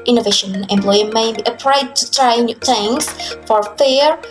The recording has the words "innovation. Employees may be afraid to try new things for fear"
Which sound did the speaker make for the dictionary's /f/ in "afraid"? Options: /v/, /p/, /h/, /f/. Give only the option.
/p/